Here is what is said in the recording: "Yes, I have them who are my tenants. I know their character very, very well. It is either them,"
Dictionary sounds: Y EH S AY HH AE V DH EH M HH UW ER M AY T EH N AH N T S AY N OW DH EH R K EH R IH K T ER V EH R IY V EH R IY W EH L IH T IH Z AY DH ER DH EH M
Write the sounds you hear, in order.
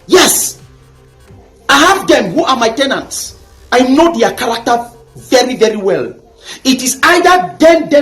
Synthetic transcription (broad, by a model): Y EH S AY HH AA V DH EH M HH UW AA M AY T EH N AH N T S AY N OW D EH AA K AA R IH K T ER V EH R IY V EH R IY W EH L IH T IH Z AY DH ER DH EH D